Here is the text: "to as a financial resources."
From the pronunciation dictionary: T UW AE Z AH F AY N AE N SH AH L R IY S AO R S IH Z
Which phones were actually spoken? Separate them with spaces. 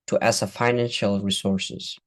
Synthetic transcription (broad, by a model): T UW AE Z AH F AY N AE N SH AH L R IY S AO R S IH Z